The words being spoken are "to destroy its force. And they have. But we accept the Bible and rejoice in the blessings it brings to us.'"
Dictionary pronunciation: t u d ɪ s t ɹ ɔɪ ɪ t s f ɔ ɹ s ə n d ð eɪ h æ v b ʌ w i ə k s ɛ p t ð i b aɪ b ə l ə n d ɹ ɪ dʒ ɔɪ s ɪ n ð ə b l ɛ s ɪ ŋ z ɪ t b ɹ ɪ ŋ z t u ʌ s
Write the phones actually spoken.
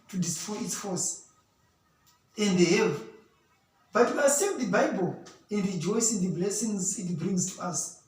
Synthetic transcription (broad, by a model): t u d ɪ s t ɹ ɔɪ ɪ t s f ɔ s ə n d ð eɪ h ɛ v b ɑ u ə s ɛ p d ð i b aɪ b ə l ə n d ɹ ɪ dʒ ɔɪ s ɪ n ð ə b l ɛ s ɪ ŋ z ɪ t b ɹ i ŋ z t u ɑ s